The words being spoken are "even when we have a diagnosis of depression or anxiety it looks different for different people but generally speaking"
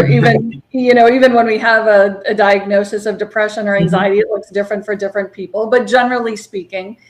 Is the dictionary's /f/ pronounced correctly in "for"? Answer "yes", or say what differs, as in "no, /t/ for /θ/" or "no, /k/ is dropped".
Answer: yes